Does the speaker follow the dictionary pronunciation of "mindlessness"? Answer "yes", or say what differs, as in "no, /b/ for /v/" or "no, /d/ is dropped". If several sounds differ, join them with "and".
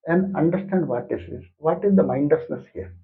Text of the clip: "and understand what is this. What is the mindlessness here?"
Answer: no, /l/ is dropped